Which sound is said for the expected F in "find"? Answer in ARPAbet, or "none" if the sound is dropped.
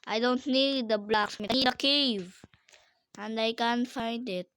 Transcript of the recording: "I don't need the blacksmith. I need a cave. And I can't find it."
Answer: F